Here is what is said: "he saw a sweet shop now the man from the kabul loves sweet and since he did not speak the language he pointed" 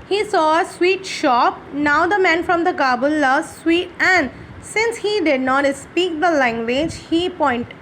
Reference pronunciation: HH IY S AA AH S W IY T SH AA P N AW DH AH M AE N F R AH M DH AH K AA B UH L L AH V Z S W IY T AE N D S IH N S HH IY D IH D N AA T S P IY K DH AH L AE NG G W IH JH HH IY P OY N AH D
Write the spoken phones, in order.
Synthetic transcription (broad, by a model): HH IY S AA AH S W IY T SH AA P N AW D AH M AE N F R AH M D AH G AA B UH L L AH Z S W IY T AE N D S IH N S HH IY D IH D N AA T S P IY K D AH L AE NG G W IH JH HH IY P OY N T